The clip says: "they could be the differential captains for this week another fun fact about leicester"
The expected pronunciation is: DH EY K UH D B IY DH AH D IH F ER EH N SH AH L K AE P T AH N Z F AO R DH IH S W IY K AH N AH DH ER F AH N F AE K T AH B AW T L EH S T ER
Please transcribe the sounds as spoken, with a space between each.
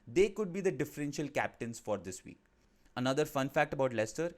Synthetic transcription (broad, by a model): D EY K UH D B IY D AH D IH F ER EH N SH AH L K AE P T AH N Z F AO R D IH S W IY K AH N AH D ER F AH N F AE K T AH B AW T L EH S T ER